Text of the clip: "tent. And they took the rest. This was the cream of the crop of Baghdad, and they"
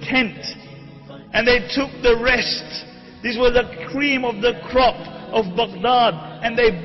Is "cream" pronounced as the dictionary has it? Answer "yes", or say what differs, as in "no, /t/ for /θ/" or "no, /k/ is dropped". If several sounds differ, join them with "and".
yes